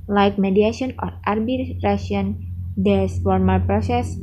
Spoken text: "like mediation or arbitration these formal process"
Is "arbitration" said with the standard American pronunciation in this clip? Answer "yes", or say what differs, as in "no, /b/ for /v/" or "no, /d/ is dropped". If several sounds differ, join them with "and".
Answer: no, /ʃ/ is dropped